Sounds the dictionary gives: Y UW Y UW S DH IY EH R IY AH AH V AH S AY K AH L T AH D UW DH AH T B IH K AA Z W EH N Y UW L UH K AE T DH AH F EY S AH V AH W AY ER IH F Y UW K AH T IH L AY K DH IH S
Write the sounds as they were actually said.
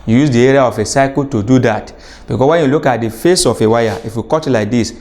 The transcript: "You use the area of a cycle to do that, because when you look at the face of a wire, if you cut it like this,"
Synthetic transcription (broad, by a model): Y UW Y UW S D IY EH R IY AH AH F AH S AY K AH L T AH D UW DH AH T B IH K AA W EH N Y UW L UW K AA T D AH F EY S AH F AH W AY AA IH F Y UW K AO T L AY K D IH S